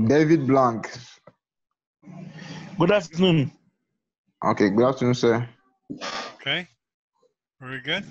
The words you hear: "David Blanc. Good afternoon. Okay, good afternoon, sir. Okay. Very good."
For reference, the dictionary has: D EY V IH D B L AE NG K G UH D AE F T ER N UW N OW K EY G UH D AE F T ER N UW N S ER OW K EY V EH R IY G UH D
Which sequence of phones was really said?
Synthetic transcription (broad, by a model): D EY V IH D B L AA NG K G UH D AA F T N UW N OW K EY G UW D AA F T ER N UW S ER OW K EY W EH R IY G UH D